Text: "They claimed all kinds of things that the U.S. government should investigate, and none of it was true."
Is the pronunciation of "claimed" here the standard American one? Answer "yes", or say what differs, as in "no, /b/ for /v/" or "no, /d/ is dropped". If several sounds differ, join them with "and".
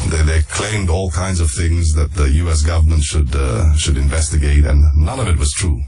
yes